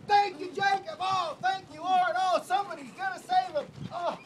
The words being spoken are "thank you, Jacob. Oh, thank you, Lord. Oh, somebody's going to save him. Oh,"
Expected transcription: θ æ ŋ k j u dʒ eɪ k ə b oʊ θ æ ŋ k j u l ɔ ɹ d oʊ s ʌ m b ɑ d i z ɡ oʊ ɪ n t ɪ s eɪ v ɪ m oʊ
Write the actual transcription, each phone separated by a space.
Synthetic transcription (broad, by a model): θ æ ŋ k j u dʒ eɪ k ə b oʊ θ æ ŋ k j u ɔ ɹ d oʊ s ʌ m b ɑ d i z ɡ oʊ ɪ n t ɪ s eɪ v ɪ m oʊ